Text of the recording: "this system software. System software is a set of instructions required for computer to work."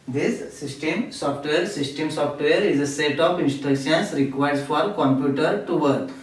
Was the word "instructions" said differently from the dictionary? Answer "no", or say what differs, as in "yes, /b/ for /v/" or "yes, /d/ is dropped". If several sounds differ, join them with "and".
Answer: yes, /ɹ/ is dropped and /s/ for /z/